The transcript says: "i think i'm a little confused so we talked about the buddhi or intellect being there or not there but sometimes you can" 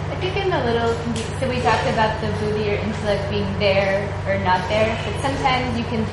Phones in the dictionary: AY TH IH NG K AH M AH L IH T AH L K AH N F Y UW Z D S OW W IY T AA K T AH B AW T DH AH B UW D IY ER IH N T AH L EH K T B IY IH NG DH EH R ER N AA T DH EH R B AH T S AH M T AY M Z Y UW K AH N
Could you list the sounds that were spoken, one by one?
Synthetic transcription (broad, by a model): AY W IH K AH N AH L IH T L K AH S OW W IY T AA K T AH B AW T DH AH B UW D IY ER IH N T AH L EH K T B IY IH NG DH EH R ER N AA T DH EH R B AH T S AH M T AY M Z Y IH K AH N